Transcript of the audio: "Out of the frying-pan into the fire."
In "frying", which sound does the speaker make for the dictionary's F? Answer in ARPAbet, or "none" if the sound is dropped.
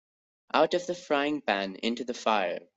F